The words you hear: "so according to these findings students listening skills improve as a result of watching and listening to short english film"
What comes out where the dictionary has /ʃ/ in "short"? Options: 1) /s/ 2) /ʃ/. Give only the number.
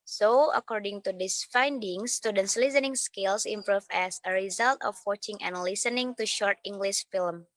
2